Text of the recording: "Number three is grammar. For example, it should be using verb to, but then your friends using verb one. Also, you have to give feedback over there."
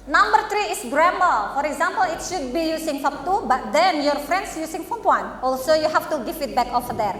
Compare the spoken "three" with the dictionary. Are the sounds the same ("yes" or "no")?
no